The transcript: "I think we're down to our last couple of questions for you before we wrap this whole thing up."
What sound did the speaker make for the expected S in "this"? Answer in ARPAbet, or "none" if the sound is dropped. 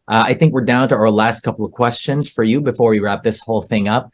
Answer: S